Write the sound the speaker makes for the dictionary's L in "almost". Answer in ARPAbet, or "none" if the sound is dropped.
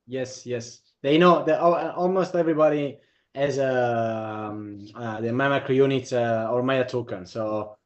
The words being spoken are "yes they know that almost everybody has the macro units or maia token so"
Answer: L